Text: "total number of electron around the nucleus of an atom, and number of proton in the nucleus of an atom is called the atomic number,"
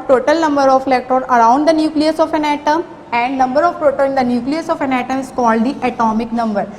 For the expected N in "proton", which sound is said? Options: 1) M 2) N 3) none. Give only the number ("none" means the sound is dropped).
3